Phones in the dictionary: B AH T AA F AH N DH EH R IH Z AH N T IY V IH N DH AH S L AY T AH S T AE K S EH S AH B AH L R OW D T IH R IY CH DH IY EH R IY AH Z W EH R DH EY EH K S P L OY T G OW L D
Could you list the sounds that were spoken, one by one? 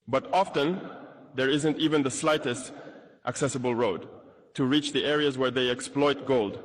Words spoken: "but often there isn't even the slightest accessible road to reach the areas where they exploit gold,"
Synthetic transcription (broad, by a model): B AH T AA F AH N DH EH R IH Z AH N T IY V IH N DH AH S L AY T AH S T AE K S EH S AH B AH L R OW D T IH R IY CH DH IY EH R IY AH Z W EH R DH EY EH K S P L OY T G OW L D